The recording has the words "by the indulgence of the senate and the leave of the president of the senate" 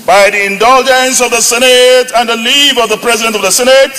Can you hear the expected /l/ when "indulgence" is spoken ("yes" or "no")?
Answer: yes